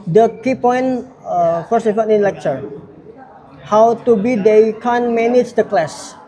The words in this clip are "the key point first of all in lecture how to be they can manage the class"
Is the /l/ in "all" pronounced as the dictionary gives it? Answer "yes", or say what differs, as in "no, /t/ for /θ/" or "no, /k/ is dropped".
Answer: no, /n/ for /l/